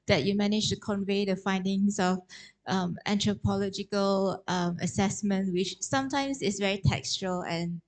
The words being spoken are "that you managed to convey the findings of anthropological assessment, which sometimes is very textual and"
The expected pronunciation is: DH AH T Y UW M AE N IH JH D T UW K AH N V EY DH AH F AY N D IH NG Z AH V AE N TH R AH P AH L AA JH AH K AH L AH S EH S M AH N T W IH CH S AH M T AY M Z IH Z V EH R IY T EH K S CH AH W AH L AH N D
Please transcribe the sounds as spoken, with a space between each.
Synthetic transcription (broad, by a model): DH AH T Y UW M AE N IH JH T UW K AH N V EY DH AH F AY N D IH NG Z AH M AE N T R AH P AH L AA JH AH K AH L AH S EH S M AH N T W IH CH S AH M T AY M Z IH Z V EH R IY T EH K S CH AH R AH L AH N